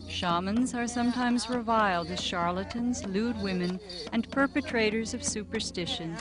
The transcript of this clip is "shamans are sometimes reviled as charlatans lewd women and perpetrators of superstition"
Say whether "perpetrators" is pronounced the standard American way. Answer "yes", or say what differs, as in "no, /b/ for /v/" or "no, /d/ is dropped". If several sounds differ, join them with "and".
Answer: yes